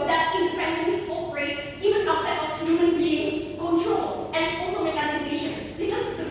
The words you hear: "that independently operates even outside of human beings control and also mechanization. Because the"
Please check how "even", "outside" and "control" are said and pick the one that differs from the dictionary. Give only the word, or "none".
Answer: outside